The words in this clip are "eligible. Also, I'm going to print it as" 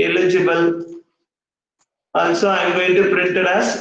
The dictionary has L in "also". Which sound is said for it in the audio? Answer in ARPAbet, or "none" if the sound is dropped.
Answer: N